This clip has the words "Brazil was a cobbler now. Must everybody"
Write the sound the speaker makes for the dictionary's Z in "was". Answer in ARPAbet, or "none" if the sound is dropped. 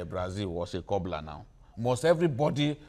S